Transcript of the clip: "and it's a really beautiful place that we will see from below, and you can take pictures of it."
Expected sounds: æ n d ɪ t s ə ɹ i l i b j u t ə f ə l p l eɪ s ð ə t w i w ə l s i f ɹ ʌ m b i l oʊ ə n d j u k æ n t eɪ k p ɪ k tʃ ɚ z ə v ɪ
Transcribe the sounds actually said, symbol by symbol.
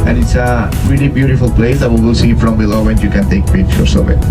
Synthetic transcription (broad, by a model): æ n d ɪ t s ə ɹ i l i b j u t ə f ə l p l eɪ s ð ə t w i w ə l s i f ɹ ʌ m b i l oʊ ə n j u k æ n t eɪ k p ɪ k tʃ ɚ s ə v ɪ